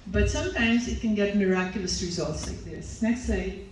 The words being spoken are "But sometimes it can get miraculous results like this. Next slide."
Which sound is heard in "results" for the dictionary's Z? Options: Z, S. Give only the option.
Z